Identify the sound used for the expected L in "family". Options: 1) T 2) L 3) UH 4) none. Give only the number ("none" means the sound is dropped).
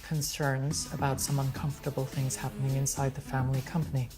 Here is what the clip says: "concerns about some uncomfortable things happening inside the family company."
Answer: 2